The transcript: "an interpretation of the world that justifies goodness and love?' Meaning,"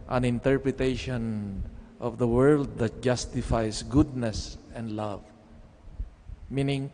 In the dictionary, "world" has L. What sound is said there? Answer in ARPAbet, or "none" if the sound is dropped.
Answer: L